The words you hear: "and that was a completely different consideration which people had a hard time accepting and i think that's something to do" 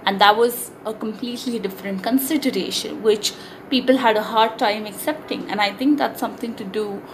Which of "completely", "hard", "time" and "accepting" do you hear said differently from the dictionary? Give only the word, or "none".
none